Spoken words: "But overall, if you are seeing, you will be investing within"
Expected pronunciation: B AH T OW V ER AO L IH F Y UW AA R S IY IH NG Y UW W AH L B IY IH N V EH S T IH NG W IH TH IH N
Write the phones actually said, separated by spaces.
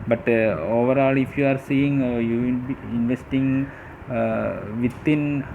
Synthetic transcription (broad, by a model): B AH T OW V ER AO L IH F Y UW AA R S IY IH NG Y UW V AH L B IY IH N V EH S T IH NG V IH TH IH N